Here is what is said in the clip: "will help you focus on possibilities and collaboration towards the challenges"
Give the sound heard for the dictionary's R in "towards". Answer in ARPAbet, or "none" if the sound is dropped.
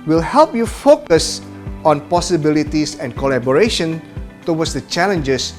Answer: W